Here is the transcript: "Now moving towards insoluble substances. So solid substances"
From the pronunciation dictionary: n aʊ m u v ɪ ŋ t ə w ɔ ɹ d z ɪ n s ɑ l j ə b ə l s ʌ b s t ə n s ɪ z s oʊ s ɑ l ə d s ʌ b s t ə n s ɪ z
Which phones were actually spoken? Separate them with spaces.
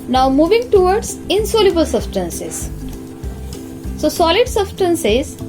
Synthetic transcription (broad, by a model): n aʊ m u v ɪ ŋ t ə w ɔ ɹ d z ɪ n s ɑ l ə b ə l s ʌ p s t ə n s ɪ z s oʊ s ɑ l ə d s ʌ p s t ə n s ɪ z